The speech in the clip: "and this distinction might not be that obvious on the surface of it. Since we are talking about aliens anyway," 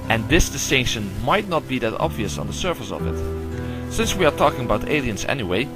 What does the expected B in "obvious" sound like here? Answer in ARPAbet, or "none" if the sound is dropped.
B